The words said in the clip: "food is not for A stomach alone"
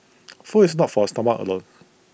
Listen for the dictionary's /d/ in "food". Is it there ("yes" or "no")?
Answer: no